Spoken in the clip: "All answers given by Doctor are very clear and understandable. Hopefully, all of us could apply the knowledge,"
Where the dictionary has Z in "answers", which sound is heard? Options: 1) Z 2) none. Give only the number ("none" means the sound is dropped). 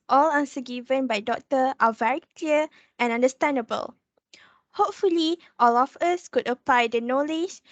2